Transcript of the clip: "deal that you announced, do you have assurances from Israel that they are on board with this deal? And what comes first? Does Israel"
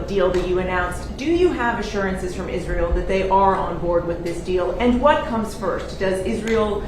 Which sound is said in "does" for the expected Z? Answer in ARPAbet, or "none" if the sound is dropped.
Z